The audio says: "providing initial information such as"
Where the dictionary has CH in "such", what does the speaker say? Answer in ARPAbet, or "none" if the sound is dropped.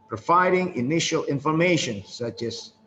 CH